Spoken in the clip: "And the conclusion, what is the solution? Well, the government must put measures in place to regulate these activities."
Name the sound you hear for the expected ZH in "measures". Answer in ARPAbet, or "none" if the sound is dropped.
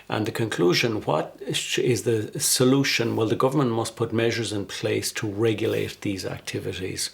ZH